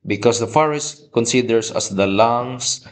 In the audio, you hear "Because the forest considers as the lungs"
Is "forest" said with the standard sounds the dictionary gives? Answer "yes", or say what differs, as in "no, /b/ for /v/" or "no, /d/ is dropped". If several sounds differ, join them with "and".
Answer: yes